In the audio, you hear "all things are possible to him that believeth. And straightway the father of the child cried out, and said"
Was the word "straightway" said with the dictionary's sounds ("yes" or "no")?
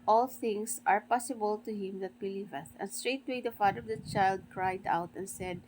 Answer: yes